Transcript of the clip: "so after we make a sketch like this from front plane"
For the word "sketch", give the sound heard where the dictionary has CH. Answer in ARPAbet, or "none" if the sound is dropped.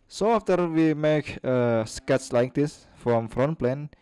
S